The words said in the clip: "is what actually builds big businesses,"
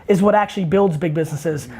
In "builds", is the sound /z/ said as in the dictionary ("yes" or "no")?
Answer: yes